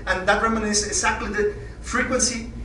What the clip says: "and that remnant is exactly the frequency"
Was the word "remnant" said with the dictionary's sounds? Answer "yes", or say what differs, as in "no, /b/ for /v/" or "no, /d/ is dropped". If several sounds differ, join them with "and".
no, /n/ is dropped and /t/ is dropped